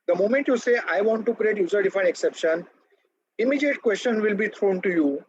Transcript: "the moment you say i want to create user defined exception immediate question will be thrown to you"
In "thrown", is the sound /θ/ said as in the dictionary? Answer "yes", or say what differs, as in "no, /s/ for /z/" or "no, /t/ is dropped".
no, /t/ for /θ/